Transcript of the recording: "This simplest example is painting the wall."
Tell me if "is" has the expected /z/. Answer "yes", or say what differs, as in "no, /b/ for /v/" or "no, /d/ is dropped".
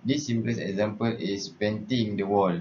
no, /s/ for /z/